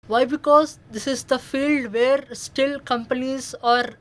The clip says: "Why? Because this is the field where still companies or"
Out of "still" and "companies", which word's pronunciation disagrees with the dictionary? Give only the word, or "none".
none